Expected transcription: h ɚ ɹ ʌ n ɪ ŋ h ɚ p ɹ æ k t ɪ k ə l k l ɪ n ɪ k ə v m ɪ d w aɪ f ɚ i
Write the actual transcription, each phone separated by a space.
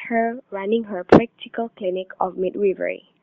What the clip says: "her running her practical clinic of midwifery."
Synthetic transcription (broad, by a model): h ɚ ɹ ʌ n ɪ ŋ h ɚ p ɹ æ k t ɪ k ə l k l ɪ n ɪ k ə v m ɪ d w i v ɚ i